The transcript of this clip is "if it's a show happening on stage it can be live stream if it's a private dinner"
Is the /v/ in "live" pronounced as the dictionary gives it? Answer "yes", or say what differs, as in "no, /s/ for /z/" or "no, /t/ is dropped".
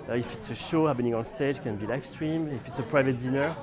no, /f/ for /v/